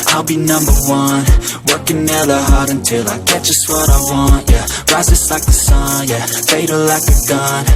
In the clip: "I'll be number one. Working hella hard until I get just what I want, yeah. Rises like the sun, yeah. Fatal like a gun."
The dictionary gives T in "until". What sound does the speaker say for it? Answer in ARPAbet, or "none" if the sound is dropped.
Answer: T